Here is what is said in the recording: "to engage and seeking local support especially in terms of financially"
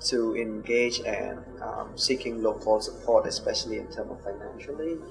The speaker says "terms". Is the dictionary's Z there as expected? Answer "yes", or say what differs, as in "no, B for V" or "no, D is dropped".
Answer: no, Z is dropped